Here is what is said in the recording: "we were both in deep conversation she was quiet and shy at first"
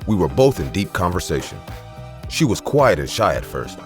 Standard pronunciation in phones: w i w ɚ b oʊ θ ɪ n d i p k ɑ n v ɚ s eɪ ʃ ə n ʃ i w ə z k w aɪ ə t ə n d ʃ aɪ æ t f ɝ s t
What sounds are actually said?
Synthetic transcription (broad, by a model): w i w ɚ b oʊ θ ɪ n d i p k ɑ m v ɚ s eɪ ʃ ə n ʃ i w ə z k w aɪ ə t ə n ʃ aɪ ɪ t f ɝ s t